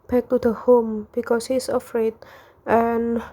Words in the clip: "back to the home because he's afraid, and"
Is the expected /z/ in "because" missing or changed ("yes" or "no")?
yes